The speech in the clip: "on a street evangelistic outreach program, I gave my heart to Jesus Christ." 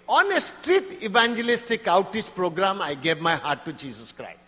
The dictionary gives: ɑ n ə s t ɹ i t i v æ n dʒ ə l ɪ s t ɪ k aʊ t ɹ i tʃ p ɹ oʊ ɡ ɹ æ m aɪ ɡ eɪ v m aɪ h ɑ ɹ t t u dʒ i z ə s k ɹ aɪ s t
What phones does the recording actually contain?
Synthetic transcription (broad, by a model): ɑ n ə s t ɹ i t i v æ n dʒ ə l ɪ s t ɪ k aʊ t i s p ɹ oʊ ɡ ɹ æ m aɪ ɡ eɪ v m aɪ h ɑ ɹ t t u dʒ i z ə s k ɹ aɪ s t